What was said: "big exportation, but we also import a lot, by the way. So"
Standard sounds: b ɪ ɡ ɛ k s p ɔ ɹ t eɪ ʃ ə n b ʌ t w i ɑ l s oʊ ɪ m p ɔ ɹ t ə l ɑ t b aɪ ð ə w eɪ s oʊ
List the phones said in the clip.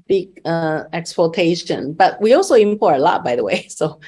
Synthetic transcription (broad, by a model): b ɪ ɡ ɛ k s p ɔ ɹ t eɪ ʃ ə n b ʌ t w i ɑ l s oʊ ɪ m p ɔ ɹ ə l ɑ t b aɪ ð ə w eɪ s oʊ